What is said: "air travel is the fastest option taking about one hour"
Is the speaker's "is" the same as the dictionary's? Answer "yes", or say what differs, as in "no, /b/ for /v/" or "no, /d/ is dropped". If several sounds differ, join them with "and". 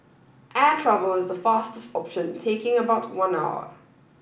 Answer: yes